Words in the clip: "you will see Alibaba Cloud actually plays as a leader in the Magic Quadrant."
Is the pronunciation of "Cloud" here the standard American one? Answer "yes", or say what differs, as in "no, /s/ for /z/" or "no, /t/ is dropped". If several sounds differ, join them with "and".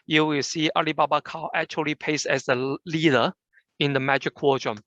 no, /l/ is dropped and /d/ is dropped